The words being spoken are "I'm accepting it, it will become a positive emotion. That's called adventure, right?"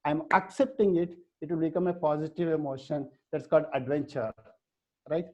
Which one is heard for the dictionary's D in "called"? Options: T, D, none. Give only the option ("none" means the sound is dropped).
D